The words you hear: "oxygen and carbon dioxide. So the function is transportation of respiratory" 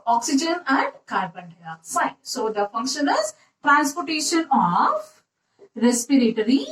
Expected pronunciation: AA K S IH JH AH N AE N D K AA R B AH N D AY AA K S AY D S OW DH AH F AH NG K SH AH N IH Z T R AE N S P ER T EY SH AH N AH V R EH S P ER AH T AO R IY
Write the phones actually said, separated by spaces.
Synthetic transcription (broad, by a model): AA K S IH JH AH N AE N D K AA R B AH N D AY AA S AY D S OW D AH F AH NG K SH AH N IH Z T R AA N S P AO T EY SH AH N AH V R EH S P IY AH T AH R IY